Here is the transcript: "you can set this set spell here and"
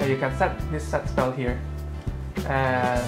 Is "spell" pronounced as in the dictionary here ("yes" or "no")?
yes